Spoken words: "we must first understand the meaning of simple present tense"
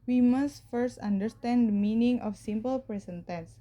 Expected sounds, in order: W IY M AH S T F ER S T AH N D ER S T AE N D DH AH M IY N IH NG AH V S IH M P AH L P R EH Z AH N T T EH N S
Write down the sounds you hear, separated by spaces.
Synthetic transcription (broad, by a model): W IY M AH S T F ER S T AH N D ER S T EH N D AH M IY N IH NG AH F S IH M P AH L P R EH S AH N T T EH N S